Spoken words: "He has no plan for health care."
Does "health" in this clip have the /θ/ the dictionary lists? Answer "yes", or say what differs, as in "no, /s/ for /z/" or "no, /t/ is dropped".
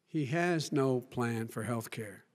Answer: yes